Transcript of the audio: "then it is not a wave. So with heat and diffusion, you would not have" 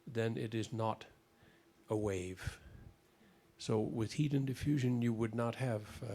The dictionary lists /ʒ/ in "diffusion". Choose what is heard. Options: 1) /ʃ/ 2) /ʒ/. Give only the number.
2